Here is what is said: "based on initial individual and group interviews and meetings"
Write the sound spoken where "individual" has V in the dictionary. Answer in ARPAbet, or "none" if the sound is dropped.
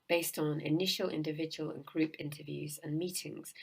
V